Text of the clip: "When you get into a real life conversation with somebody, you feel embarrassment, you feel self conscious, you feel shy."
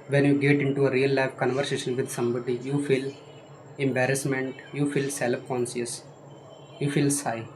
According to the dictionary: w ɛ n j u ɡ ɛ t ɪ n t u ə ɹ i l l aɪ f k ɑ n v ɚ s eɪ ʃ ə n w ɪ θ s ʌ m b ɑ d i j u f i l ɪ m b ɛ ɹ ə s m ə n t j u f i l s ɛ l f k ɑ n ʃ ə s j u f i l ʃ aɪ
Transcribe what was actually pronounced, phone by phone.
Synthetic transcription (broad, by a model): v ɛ n j u ɡ ɛ t ɪ n t u ə ɹ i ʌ l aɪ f k ɑ n v ɚ s eɪ ʃ ə n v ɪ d s ʌ m b ɑ d i j u f i l ɪ m b ɛ ɹ ə s m ə n t j u f i l s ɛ l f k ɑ n s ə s j u f i l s aɪ